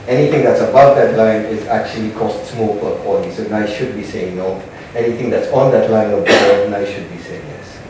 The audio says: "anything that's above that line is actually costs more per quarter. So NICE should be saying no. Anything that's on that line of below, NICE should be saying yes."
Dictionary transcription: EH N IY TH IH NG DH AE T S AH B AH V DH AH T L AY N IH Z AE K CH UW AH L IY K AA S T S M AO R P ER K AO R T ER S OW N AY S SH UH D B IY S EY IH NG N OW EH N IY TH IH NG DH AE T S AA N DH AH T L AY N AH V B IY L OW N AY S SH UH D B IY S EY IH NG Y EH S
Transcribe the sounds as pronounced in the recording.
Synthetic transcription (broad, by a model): EH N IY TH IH NG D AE T S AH B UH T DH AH T L AY N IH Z AE K CH UW AH L IY K AA S T S M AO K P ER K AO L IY S OW N AY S SH UH D B IY S EY IH NG N OW EH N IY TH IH NG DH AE T S AA N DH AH T L AY N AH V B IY OW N AY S SH UH D B IY S EY IH NG Y EH S